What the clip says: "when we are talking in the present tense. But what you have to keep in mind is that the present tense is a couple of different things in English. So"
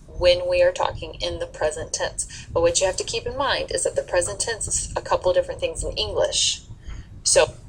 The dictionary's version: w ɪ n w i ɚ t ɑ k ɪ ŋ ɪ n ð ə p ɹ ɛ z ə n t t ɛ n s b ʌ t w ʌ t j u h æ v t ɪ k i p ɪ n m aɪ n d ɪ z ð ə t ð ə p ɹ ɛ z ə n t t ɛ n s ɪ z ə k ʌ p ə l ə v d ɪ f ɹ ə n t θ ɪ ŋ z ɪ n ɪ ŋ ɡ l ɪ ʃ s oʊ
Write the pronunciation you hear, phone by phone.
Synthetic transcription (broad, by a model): w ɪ n w i ɚ t ɑ k ɪ ŋ ɪ n ð ə p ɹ ɛ z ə n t t ɛ n s b ʌ t w ʌ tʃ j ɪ h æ f t ɪ k i p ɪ n m aɪ n d ɪ z ð ə t ð ə p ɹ ɛ z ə n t t ɛ n s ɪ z ə k ʌ p l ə v d ɪ f ɹ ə n θ ɪ ŋ z ɪ n ɪ ŋ ɡ l ɪ ʃ s oʊ